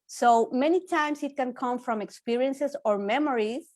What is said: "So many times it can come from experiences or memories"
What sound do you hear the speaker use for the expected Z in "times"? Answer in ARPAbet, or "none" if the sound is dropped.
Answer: S